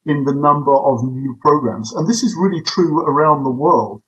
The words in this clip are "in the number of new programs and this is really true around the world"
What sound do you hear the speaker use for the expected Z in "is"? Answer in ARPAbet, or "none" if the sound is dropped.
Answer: Z